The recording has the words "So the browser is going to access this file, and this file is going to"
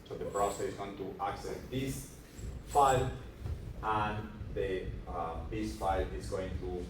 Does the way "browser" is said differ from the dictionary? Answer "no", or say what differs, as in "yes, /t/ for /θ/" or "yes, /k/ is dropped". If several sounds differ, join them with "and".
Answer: yes, /s/ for /z/